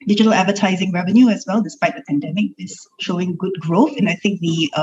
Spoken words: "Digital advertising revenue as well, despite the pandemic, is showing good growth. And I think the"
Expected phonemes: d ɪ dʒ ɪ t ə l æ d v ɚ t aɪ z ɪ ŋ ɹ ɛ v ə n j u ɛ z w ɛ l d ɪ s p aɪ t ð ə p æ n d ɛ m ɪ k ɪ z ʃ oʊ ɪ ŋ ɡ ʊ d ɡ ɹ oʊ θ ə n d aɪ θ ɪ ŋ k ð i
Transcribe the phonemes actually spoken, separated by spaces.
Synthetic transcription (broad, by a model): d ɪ dʒ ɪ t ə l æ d v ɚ t aɪ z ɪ ŋ ɹ ɛ v ə n j u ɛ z w ɛ l d ɪ s p aɪ t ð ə p æ n d ɛ m ɪ k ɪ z ʃ oʊ ɪ ŋ ɡ ʊ d ɡ ɹ oʊ θ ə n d aɪ θ ɪ ŋ k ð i